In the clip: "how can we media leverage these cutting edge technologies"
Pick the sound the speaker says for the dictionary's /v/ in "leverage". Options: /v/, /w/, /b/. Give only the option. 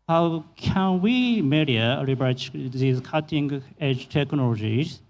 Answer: /b/